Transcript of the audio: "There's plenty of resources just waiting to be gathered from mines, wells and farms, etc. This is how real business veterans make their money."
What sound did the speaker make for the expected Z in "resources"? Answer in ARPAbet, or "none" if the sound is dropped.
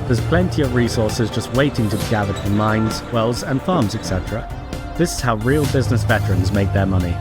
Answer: Z